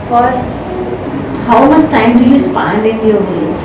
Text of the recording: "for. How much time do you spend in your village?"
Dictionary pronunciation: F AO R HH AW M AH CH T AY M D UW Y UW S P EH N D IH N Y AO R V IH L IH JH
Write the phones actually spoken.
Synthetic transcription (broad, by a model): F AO R HH AW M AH S T AY M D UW Y UW S P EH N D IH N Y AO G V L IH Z